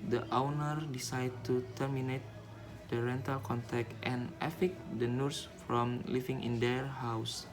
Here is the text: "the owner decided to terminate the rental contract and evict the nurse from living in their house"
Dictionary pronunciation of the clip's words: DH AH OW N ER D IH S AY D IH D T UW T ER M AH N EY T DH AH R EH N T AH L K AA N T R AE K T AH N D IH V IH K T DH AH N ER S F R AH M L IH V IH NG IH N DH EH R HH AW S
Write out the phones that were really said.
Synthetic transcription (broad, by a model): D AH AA N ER D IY S AY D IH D T UW T ER M AH N EY T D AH R EH N T AH L K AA N T EH K T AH N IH F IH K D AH N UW S F R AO M L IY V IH NG IH N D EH R HH AW S